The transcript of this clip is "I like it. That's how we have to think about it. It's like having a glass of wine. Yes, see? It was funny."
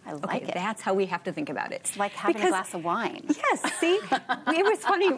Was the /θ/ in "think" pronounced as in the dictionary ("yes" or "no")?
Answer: yes